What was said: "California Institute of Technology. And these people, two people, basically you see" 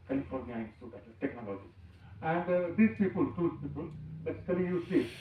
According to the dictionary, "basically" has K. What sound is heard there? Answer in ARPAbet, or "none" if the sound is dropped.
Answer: none